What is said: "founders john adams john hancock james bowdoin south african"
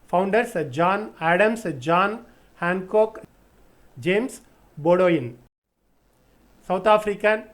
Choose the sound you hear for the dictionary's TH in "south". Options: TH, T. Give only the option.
T